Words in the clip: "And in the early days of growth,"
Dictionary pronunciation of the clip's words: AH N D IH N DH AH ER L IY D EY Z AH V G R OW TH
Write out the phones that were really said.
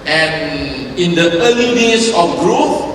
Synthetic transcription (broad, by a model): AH N IH N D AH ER L IY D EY S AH F G R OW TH